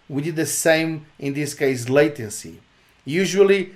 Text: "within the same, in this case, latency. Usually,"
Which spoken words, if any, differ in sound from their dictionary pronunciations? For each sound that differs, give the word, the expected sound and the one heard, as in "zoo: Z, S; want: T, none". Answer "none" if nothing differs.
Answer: none